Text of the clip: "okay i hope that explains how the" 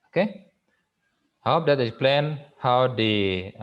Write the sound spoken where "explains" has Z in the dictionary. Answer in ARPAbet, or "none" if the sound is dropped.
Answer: none